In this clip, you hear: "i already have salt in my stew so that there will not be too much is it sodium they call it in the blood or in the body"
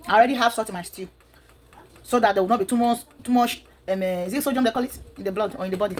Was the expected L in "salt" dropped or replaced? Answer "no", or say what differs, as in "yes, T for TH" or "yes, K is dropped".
yes, L is dropped